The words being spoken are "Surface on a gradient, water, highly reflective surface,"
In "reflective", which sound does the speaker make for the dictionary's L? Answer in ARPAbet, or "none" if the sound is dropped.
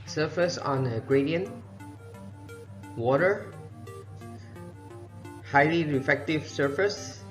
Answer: none